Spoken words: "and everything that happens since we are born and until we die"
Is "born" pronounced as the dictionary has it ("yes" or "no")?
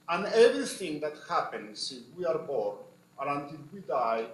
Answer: no